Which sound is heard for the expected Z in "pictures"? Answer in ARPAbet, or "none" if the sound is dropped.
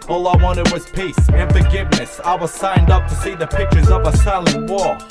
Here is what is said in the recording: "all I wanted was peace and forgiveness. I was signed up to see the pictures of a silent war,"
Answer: Z